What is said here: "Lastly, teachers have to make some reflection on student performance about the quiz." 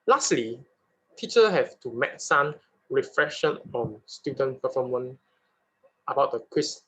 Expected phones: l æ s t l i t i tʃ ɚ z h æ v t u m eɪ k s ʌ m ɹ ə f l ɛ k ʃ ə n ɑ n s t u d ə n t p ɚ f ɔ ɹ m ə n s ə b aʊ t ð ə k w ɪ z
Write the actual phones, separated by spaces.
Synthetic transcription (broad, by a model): l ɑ s t l i t i tʃ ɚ h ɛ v t u m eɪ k s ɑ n ɹ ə f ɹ ɛ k ʃ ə n ɑ n s t u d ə n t p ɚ f ɔ m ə n ə b aʊ t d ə k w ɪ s